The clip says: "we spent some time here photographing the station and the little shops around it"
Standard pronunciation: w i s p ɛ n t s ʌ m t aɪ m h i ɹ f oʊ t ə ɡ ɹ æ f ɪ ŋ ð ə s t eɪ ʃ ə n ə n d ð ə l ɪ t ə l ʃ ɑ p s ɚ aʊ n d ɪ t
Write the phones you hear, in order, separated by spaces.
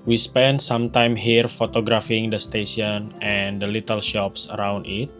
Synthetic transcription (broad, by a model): w i s p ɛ n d s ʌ m t aɪ m h i ɹ f oʊ t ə ɡ ɹ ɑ f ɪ ŋ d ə s t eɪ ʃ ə n ə n d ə l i t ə l ʃ ɑ p s ɚ aʊ n d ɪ t